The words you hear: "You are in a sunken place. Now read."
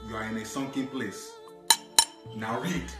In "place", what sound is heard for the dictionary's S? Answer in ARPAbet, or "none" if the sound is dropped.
S